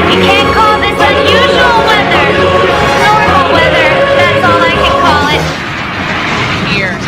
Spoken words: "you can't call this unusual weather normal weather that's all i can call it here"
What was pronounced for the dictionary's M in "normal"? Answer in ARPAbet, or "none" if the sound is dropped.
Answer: none